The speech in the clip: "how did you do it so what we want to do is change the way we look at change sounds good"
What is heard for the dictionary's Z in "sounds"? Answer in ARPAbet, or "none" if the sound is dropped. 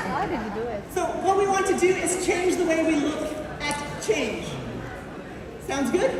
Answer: Z